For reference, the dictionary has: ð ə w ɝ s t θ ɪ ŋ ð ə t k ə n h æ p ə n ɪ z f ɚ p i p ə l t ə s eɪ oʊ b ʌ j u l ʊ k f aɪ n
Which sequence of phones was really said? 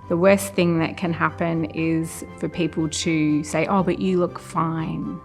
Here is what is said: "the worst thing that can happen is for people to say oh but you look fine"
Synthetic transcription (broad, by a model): ð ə w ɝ s θ ɪ ŋ ð ə t k ə n h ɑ p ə n ɪ z f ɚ p i p ə l t ə s eɪ oʊ b ʌ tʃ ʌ l ʊ k f aɪ n